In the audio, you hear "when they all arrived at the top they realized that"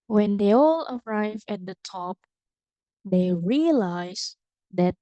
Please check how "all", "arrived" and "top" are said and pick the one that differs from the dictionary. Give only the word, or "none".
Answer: arrived